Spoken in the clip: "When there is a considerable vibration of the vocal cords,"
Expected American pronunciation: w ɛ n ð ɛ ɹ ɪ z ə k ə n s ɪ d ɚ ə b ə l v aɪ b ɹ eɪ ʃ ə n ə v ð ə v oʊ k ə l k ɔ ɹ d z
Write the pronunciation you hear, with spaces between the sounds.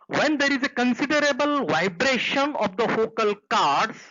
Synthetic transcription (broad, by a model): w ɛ n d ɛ ɹ ɪ z ə k ə n s ɪ d ɚ ə b ə l v aɪ b ɹ eɪ ʃ ə n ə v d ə f oʊ k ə l k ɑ ɹ d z